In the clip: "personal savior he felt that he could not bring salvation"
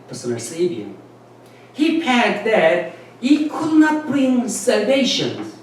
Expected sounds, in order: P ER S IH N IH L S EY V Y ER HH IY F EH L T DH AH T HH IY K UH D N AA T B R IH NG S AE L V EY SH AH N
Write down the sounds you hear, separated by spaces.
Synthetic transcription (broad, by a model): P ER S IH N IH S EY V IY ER HH IY P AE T DH AH T HH IY K UH D N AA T B R IH NG S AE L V EY SH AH N